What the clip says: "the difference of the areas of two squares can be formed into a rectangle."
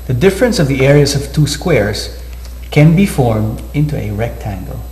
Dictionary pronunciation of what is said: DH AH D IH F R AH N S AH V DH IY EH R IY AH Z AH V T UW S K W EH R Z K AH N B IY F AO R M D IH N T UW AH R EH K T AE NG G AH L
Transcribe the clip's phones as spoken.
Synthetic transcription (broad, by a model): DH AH D IH F R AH N S AH V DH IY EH R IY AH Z AH V T UW S K W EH R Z K AH N B IY F AO R M D IH N T UW AH R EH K T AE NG G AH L